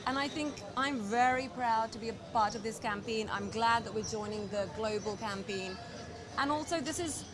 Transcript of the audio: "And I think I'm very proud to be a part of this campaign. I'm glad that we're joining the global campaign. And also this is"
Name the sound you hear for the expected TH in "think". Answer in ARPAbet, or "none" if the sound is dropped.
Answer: TH